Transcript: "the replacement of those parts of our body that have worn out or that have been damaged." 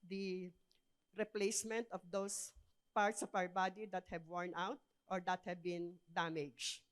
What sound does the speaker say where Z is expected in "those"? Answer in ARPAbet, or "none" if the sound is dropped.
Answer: S